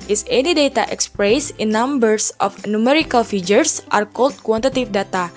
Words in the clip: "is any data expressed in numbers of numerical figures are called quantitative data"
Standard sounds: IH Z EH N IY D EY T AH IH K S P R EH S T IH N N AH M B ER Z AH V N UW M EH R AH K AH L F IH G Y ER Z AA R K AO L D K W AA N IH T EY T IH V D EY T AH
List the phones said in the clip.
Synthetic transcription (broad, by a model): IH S EH N IY D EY T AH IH K S P R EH S IH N N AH M B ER S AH F N UW M EH R AH K AH L F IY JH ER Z AA R K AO L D K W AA N T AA T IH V D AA T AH